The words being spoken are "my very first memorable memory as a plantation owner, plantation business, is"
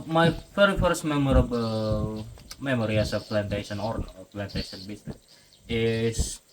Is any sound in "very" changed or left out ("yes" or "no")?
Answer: yes